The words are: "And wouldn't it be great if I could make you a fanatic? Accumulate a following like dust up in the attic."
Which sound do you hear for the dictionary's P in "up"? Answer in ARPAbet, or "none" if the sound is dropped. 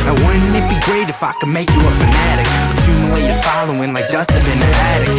B